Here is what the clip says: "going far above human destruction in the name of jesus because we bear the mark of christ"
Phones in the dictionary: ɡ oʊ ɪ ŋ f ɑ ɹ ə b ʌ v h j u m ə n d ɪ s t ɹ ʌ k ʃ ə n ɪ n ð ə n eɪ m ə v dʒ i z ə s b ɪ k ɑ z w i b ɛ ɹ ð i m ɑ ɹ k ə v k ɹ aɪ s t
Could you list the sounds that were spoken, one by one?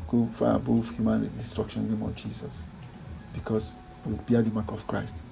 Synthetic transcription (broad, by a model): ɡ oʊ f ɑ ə b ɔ f h j u m ə n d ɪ s t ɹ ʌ k ʃ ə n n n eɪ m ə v dʒ i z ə s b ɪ k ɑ s w i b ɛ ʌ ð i m ɑ k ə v k ɹ aɪ s t